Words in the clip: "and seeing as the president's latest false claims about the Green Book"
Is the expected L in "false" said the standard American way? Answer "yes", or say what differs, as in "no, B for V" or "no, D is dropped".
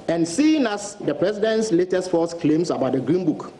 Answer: no, L is dropped